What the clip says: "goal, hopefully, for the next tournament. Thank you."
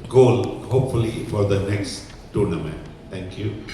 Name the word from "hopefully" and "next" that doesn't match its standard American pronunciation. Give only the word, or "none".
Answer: none